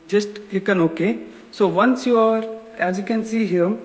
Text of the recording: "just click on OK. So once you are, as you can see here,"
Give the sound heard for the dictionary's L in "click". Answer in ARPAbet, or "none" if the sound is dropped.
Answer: none